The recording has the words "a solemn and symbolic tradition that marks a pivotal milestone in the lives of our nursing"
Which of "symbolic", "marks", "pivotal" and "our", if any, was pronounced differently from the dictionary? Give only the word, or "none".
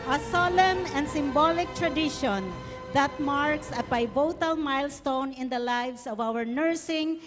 pivotal